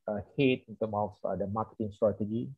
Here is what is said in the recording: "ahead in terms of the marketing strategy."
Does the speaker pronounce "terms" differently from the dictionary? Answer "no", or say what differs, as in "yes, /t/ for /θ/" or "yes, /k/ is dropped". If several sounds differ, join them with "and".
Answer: yes, /z/ is dropped